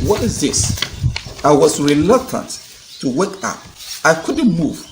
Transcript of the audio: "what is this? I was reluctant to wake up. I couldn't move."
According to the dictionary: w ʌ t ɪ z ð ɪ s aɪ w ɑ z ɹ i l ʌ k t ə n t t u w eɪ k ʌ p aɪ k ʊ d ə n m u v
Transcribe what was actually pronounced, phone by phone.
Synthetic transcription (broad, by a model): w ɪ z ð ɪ s aɪ w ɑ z ɹ i l ʌ k t ə n t t u w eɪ k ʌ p aɪ k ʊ d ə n m u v